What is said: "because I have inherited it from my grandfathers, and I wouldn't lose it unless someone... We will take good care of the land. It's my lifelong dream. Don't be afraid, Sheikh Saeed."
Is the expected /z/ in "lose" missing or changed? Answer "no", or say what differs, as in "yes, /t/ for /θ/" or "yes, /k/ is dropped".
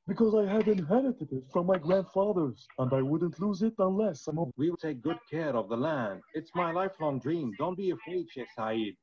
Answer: no